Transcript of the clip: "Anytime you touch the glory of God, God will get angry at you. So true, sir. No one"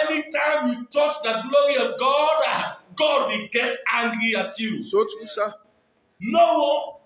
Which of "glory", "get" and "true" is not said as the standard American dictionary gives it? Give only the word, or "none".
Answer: true